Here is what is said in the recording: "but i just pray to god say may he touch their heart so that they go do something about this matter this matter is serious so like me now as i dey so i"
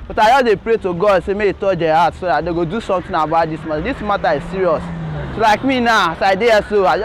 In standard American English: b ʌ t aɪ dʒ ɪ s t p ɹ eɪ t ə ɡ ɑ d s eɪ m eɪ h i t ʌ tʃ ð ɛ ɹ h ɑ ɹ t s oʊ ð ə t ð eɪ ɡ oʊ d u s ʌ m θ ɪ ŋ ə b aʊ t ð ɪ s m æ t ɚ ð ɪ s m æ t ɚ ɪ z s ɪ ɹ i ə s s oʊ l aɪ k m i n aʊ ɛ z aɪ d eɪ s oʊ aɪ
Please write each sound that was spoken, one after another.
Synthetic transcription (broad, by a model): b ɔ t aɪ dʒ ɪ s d p ɹ eɪ t ə ɡ ɑ d s eɪ m eɪ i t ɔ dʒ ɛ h ɑ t s oʊ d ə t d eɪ ɡ oʊ d u s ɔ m t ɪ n ə b aʊ t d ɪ s m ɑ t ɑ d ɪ s m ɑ t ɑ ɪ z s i ɹ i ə s s oʊ l aɪ k m i n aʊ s aɪ d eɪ s oʊ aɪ